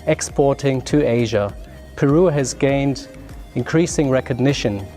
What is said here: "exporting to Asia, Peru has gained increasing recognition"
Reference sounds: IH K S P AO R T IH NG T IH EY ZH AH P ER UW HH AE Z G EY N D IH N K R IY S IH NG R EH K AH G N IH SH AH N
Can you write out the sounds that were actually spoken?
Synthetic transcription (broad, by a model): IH K S P AO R T IH NG T IH EY ZH AH P ER UW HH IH Z G EY N D IH N K R IY S IH NG R EH K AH G N IH SH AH N